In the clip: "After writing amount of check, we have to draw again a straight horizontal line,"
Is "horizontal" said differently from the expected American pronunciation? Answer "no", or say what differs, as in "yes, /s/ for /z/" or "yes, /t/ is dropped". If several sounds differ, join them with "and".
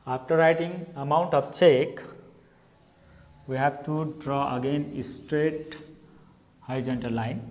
yes, /ɹ/ is dropped